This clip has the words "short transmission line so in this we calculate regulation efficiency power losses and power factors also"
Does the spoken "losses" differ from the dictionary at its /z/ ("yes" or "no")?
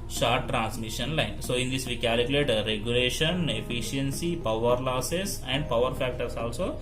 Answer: yes